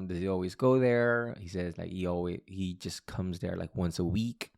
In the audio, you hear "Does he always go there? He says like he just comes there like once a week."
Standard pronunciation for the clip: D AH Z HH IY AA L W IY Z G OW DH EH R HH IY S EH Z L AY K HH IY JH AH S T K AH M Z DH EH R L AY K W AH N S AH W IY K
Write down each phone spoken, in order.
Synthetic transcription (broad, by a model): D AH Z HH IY AA L W IY Z G OW DH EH R HH IY S EH Z L AY K HH IY JH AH S K AH M Z DH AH R L AY K W AH N S AH W IY K